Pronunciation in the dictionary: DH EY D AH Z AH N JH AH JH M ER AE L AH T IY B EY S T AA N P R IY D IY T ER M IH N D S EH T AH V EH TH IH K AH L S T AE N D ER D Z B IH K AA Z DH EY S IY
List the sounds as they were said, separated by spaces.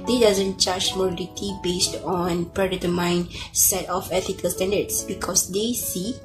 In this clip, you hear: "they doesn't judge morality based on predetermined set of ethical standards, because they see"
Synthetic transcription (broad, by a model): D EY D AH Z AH N CH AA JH M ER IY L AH T IY B EY S T AA N P R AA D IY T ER M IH N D S EH T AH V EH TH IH K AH L S T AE N D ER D S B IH K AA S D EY S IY